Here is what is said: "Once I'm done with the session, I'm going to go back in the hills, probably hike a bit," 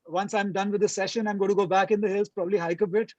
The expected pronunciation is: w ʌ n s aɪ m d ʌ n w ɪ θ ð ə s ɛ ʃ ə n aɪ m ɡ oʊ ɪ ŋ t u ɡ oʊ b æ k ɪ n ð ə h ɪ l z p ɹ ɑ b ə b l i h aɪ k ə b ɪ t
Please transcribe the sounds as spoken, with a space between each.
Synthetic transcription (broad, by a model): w ʌ n s aɪ m d ʌ n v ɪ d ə s ɛ ʃ ə n aɪ m ɡ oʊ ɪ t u ɡ oʊ b æ k ɪ n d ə h ɪ l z p ɹ ɑ b ə b l i h aɪ k ə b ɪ t